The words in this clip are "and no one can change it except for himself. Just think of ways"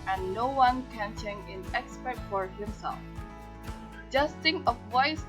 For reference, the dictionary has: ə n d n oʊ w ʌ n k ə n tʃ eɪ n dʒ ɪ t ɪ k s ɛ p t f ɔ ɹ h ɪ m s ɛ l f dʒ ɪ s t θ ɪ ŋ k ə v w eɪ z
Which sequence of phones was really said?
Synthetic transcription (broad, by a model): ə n n oʊ w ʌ n k ə n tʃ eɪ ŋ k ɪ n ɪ k s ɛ t f ɔ ɹ h ɪ m s ɛ l f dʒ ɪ s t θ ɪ ŋ k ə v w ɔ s